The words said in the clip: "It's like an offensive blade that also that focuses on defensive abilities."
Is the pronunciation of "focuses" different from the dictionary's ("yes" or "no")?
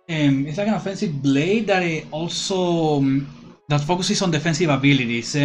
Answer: yes